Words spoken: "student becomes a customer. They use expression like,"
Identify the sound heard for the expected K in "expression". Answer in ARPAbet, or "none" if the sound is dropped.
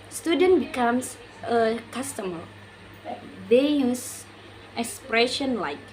K